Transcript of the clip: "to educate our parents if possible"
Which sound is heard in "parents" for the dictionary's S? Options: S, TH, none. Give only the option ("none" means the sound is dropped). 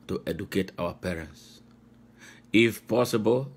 S